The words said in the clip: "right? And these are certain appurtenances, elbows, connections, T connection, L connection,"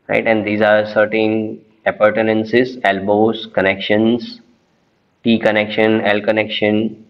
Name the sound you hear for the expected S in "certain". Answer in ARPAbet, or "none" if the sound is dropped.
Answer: S